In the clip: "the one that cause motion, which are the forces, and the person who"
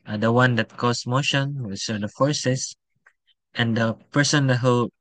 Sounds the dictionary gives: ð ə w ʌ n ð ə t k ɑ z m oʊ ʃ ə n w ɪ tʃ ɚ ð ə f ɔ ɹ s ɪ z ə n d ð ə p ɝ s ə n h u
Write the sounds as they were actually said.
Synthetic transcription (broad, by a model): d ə w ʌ n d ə t k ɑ s m oʊ ʃ ə n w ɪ s ɚ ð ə f ɔ ɹ s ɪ s ə n d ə p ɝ s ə n h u